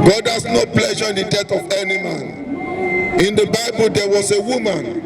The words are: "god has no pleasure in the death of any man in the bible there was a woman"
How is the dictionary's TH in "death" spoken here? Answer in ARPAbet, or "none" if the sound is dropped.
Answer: T